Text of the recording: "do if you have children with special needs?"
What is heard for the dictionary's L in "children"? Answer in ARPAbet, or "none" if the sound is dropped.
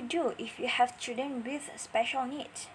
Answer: none